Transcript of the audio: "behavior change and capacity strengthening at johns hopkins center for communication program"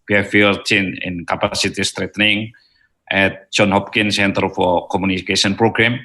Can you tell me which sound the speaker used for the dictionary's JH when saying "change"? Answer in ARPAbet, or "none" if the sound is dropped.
none